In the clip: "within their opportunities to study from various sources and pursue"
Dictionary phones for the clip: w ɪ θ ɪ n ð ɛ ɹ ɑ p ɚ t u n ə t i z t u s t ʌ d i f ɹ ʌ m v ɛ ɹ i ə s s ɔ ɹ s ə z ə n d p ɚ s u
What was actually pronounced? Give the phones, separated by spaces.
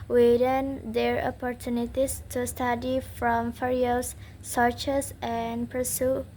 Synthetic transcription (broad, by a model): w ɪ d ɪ n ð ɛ ɹ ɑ p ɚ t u n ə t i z t u s t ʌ d i f ɹ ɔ m f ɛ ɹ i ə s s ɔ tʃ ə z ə n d p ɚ s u